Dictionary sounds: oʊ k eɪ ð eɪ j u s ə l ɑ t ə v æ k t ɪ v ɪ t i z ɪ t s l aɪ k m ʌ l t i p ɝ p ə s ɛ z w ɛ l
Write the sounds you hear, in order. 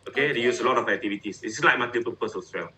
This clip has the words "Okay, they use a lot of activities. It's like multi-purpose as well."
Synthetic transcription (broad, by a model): oʊ k eɪ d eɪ j u s ə l ɑ t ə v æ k t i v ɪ t i s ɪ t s l aɪ k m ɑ t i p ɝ p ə s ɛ s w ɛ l